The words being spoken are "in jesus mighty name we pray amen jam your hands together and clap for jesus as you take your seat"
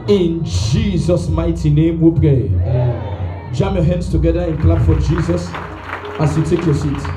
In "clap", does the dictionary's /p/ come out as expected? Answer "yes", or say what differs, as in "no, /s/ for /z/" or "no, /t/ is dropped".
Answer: no, /b/ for /p/